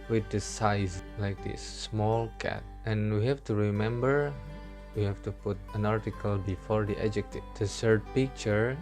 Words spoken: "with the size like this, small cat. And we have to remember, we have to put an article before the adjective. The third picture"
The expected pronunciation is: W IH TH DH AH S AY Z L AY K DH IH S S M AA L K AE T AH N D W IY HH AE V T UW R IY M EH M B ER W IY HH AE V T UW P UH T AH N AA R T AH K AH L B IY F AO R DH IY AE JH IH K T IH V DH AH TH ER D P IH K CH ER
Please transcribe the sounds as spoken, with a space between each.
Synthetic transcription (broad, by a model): W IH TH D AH S AY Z L AY K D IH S S M AA L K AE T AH N W IY HH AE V T UW R IY M EH M B ER W IY HH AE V T UW P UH T AH N AA R T AH K AH L B IY F AO R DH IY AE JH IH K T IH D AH S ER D P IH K CH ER